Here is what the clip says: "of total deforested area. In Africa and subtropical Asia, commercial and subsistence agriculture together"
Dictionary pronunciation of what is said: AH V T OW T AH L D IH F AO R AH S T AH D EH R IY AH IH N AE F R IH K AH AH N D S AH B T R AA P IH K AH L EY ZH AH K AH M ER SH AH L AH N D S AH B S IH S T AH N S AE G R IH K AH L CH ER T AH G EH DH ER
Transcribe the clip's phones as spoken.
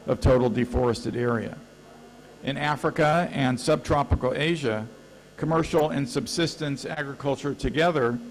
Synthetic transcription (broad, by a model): AH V T OW T L D IH F AO R AH S T AH D EH R IY AH IH N AE F R IH K AH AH N S AH B T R AA P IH K L EY ZH AH K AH M ER SH L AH N S AH B S IH S T AH N S AE G R IH K AH L CH ER T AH G EH DH ER